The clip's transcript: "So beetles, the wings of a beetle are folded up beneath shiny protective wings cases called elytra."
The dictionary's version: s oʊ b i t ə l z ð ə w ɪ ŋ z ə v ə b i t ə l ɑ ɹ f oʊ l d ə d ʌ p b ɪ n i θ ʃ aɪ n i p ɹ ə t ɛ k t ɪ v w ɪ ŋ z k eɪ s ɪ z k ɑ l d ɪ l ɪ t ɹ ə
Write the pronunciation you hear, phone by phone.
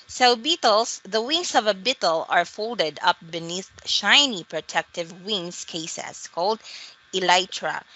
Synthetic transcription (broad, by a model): s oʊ b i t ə l s ð ə w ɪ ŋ s ə v ə b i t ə l ɑ ɹ f oʊ l d ə d ʌ p b ɪ n i θ ʃ aɪ n i p ɹ ə t ɛ k t ɪ v w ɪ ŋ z k eɪ s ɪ s k ɑ l d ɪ l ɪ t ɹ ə